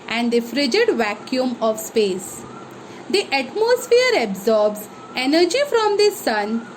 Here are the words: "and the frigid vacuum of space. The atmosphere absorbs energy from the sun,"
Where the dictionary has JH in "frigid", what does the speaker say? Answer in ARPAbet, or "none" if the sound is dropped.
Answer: JH